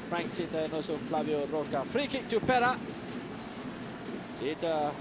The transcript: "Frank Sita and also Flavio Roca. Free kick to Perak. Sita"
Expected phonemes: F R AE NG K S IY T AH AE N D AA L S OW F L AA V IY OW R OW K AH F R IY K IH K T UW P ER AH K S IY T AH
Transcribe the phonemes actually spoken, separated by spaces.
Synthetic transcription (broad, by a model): F R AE NG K S IY T AH N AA S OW F L AA V IY OW R OW K AH F R IY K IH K T UW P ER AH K S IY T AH